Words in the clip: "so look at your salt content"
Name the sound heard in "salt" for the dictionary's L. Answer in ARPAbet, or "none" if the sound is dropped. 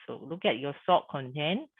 none